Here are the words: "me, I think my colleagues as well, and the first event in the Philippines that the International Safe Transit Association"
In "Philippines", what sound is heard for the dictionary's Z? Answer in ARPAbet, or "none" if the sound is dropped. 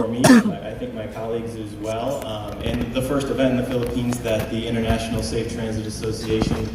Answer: Z